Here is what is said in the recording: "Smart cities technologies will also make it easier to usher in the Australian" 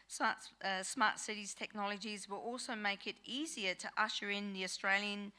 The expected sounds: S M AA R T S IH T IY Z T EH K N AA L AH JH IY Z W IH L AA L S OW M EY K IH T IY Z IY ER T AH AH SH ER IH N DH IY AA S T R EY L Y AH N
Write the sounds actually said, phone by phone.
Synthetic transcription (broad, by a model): S M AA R T S IH T IY Z T EH K N AA L AH JH IY Z W IH L AA L S OW M EY K IH T IY Z IY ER T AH AH SH ER IH N DH IY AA S T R EY L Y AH N